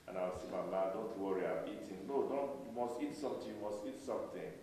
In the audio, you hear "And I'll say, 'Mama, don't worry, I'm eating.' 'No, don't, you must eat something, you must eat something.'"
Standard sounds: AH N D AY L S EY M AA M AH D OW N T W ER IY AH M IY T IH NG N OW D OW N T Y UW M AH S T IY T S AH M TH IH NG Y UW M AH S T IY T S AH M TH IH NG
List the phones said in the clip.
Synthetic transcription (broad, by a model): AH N AY W S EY M AA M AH D OW N T W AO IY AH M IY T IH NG N OW D OW N T Y UW M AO S T IY T S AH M T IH Y UW M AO S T IY T S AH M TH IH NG